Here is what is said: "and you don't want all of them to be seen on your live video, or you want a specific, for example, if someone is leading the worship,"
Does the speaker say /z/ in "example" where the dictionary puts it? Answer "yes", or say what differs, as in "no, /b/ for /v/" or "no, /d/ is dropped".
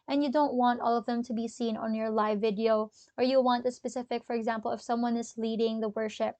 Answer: yes